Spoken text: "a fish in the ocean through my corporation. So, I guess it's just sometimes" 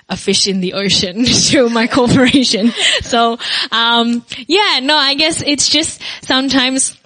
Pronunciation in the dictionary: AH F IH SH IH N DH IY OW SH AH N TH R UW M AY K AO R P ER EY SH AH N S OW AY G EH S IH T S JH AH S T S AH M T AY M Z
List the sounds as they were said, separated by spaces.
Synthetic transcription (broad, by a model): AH F IH SH IH N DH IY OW SH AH N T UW M AY K AO R P ER EY SH AH N S OW AY G EH S IH T S JH AH S T S AH M T AY M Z